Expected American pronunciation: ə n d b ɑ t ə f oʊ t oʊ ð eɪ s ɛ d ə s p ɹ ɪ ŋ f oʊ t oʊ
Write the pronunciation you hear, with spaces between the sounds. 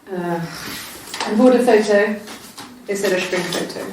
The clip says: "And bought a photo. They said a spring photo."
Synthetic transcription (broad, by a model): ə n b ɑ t ə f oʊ t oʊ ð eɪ s ɛ d ə ʃ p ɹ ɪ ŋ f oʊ t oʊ